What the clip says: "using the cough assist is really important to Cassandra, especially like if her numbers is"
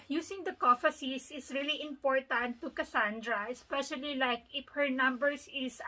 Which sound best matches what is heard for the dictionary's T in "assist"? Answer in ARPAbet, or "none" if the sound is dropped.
none